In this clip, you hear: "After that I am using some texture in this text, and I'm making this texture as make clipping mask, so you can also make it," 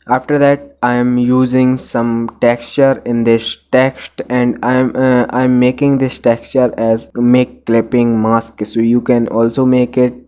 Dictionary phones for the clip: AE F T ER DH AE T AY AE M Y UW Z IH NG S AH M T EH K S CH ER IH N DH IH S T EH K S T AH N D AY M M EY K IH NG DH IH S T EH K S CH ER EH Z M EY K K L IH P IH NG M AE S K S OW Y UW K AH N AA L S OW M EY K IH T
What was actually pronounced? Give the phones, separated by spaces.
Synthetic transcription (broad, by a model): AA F T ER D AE T AY M Y UW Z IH NG S AH M T EH K S CH ER IH N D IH S T EH K S T AH N D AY M M EY K IH NG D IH S T EH K S CH ER EH Z M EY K K L IH P IH NG M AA S K S OW Y UW K AH N AA L S OW M EY K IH T